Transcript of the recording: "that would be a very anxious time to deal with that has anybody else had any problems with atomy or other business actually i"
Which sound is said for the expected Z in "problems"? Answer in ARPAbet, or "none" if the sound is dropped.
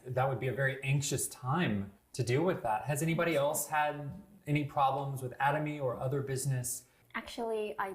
Z